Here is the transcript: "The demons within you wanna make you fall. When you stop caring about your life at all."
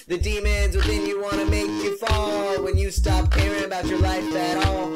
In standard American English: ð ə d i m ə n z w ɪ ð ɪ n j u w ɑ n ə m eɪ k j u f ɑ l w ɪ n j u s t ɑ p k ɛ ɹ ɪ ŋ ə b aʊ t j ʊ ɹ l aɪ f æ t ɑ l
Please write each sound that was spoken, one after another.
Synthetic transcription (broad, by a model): ð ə d i m ə n z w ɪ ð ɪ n j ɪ w ɑ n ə m eɪ k j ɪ f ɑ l w ɪ n j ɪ s t ɑ p k ɛ ɹ ɪ ŋ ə b aʊ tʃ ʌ ɹ l aɪ f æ t ɑ l